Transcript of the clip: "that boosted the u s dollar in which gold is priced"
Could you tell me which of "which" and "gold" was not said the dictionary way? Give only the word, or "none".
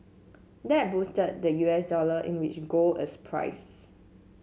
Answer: gold